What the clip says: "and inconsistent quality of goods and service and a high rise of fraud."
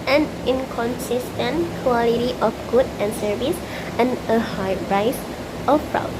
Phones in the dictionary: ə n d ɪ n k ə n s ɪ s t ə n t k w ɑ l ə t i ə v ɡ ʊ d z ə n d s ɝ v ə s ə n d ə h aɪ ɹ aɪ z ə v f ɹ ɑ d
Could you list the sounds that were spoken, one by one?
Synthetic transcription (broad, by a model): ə n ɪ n k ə n s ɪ s t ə n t k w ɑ l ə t i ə f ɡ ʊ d ə n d s ɝ v ə s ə n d ə h aɪ ɹ aɪ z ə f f ɹ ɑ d